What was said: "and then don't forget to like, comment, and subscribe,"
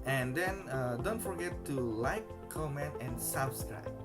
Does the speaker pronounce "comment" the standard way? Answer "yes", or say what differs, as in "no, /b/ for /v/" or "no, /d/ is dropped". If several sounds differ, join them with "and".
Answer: yes